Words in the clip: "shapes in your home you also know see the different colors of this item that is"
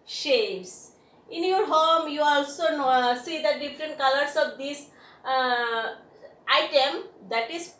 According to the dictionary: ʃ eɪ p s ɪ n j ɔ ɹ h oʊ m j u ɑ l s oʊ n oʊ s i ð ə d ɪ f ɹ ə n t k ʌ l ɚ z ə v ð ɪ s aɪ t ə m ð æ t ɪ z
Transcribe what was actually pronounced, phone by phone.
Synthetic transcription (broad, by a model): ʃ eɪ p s ɪ n j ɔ ɹ h oʊ m j u ɑ l s oʊ n oʊ s i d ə d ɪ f ɹ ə n t k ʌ l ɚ s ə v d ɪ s aɪ t ə m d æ t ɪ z